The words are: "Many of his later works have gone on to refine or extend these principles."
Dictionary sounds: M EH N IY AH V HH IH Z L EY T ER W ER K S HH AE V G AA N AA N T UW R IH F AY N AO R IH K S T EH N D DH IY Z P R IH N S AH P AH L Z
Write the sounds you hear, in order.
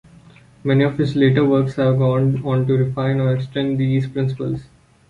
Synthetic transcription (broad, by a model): M EH N IY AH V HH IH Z L EY T ER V ER K S HH AE V G AA N AA N T UW R IH F AY N AO R IH K S T EH N D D IY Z P R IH N S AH P AH L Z